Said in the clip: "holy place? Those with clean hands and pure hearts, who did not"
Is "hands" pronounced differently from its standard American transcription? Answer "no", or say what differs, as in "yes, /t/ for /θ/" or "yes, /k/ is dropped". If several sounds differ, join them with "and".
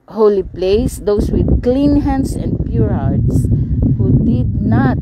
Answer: yes, /s/ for /z/